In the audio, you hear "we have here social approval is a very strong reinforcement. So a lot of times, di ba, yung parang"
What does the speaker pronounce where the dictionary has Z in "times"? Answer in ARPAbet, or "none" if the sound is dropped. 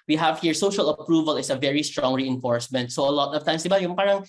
S